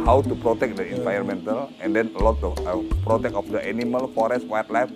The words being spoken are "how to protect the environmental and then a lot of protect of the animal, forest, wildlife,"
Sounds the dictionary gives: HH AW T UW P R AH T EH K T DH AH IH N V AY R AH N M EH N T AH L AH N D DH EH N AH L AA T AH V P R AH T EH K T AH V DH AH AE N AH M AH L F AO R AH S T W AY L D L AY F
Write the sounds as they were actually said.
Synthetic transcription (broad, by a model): HH AW T UW P R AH T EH K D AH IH N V AY AH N M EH N T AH L AH N D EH N AH L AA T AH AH P R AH T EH K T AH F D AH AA N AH M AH L F AO R AH S T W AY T L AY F